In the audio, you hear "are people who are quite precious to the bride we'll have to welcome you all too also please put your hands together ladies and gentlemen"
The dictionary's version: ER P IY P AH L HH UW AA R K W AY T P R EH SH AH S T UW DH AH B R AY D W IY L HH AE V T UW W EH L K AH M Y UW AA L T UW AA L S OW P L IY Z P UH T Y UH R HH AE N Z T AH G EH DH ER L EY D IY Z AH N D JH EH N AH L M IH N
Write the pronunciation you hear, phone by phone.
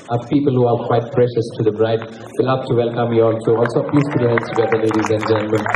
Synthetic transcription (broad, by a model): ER P IY P AH L HH UW AA R K W AY T P R EH SH AH S T UW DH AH B R AY D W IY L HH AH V T UW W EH L K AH M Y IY AA L S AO AA L S OW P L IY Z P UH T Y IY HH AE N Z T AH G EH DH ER L EY D IY Z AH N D JH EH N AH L M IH N